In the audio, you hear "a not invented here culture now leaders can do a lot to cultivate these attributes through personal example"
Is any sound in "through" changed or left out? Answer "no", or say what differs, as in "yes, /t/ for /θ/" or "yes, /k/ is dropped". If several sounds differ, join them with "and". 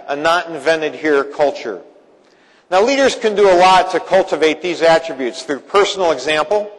no